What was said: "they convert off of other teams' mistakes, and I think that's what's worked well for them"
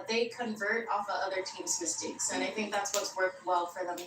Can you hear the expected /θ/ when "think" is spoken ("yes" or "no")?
yes